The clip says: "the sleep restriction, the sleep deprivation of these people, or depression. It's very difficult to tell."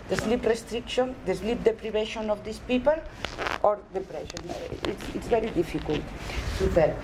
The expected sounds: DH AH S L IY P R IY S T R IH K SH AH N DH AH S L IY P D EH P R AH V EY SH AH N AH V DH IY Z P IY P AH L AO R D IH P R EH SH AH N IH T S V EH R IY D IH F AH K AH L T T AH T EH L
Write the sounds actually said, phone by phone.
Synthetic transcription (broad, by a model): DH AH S L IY P R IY S T R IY K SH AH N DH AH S L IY P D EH P R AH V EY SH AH N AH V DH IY S P IY P AH L AO R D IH P R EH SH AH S IH T S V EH R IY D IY F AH K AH L T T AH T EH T